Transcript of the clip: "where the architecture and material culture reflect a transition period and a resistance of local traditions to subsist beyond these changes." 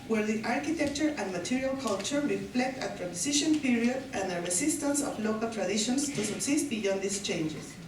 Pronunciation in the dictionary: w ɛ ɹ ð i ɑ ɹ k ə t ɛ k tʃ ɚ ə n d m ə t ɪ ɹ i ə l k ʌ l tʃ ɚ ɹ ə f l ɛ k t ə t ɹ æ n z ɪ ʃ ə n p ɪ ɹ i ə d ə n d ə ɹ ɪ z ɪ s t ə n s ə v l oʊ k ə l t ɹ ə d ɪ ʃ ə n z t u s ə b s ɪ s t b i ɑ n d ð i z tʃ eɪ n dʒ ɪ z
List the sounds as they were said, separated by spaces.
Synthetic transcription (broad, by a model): w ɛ ɹ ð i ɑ ɹ k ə t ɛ k tʃ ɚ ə n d m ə t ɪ ɹ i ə l k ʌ l tʃ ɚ ɹ ə f l ɛ k t ə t ɹ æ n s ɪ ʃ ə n p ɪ ɹ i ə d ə n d ə ɹ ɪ s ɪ s t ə n s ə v l oʊ k ə l t ɹ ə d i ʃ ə n s t u s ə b s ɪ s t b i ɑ n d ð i s tʃ eɪ n dʒ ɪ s